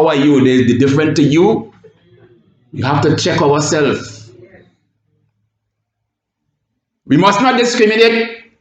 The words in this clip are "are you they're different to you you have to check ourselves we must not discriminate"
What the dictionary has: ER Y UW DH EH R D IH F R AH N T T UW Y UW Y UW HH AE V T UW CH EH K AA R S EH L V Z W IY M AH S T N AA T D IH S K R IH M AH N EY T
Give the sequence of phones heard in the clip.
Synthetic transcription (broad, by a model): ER Y UW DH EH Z D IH F R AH N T T UW Y UW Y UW HH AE F T UW CH EH K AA W S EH L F W IY M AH S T N AA T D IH S K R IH M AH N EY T